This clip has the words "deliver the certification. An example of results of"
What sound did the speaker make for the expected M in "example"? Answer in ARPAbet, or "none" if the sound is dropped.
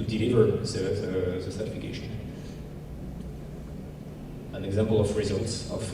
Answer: M